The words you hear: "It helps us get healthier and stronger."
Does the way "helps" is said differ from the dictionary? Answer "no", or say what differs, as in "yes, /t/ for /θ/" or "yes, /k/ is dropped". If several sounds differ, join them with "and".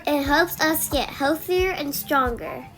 no